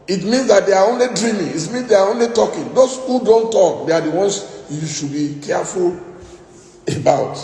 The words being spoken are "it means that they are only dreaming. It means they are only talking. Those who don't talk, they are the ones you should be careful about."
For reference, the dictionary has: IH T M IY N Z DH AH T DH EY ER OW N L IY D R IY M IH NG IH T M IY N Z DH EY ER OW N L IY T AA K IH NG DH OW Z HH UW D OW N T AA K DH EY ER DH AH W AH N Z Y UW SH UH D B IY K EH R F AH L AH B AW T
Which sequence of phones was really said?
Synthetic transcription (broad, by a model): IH T M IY N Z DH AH T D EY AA OW N L IY D R IY M IH NG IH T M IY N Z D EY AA OW N L IY T AA K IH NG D OW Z HH UW D OW N T AA K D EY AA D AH W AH N S Y UW SH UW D B IY K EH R F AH L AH B AW T